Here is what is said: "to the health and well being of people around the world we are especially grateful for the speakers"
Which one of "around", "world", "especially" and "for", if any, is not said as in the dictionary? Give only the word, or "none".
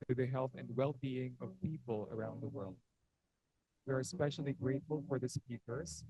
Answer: none